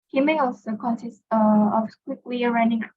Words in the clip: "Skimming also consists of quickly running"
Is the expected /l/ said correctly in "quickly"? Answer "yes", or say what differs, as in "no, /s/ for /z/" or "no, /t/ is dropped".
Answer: no, /w/ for /l/